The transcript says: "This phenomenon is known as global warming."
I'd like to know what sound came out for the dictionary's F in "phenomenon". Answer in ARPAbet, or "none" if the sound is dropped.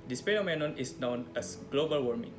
P